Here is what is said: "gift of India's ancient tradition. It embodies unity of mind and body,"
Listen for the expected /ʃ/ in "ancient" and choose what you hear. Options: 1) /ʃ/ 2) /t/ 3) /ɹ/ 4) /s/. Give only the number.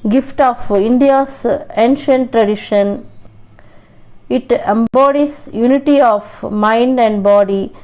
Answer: 1